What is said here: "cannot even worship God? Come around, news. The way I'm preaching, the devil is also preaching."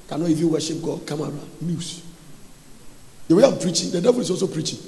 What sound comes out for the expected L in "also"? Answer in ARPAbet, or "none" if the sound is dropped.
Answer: none